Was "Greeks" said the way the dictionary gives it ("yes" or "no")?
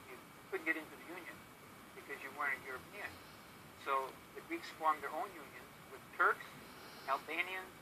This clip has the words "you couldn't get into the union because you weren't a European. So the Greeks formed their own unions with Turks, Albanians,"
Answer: yes